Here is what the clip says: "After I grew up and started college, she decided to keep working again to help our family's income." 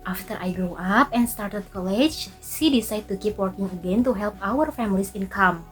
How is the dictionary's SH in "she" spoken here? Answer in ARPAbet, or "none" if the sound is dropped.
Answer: S